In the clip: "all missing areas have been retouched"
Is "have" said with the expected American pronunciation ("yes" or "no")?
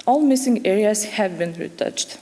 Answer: yes